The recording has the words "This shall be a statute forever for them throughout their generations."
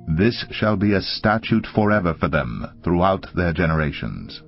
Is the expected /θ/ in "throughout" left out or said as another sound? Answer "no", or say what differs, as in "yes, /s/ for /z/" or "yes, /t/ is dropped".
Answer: no